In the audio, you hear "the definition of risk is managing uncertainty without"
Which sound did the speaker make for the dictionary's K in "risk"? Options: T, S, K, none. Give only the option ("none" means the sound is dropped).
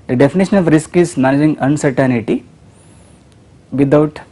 K